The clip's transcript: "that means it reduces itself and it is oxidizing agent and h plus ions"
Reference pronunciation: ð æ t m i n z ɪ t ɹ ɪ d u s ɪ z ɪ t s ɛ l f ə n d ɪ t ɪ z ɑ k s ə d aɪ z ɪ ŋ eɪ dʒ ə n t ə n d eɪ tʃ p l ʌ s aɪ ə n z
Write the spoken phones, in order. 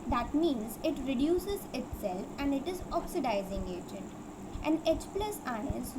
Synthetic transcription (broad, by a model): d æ t m i n z ɪ t ɹ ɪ d u s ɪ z ɪ t s ɛ l f ə n d ɪ t ɪ z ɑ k s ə d aɪ z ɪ ŋ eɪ dʒ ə n t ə n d eɪ tʃ p l ʌ s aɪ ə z